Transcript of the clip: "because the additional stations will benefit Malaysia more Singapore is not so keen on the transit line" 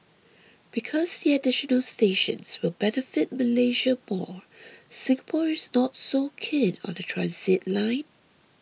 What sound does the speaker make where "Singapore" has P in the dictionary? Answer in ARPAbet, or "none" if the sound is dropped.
P